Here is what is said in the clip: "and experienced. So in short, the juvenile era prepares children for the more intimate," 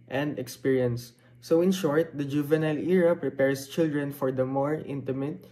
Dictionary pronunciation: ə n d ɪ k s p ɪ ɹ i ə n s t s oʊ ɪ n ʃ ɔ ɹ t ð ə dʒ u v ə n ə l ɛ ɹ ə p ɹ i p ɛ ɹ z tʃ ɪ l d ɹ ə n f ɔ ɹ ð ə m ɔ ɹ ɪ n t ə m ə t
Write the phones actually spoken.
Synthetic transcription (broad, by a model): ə n d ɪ k s p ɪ ɹ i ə n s s oʊ ɪ n ʃ ɔ ɹ t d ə dʒ u v ə n ə l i ɹ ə p ɹ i p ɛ ɹ s tʃ ɪ l d ɹ ə n f ɔ ɹ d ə m ɔ ɹ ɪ n t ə m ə t